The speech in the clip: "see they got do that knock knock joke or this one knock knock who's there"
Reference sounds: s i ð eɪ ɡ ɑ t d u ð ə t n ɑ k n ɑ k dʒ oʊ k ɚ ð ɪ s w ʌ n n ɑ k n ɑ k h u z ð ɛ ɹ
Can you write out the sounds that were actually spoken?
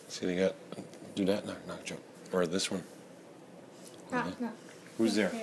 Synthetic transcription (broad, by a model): s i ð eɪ ɡ ɑ t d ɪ ð ə t n ɑ k n ɑ k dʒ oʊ ɚ ð ɪ s w ʌ n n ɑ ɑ h u z ð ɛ ɹ